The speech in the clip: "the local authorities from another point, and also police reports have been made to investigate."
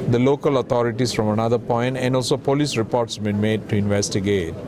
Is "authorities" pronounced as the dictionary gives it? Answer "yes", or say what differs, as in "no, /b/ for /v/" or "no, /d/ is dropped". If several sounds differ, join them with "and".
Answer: no, /t/ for /θ/